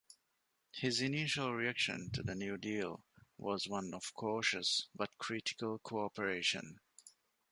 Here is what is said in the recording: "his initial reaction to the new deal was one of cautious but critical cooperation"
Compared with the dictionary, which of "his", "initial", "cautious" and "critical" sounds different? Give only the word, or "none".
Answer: none